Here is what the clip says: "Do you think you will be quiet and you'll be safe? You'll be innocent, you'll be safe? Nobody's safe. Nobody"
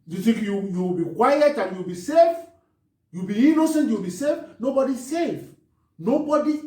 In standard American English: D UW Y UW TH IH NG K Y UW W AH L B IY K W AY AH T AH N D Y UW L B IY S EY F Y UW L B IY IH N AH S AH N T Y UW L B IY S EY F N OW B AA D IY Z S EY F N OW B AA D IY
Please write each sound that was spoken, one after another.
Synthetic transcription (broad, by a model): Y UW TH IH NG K Y UW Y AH W B IY K W AY AH T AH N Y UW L B IY S EY F Y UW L B IY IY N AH S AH N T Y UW W B IY S EY F N OW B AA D IY S EY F N OW B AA D IY